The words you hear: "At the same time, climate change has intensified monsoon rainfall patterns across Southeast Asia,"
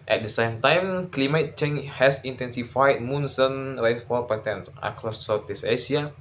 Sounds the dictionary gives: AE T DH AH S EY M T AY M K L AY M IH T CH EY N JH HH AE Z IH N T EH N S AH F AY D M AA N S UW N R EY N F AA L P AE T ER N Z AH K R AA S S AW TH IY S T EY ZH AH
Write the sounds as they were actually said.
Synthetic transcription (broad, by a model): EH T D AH S EY M T AY M K L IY M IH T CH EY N HH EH S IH N T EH N S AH F AY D M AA N S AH N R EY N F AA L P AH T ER N S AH K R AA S S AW T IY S EY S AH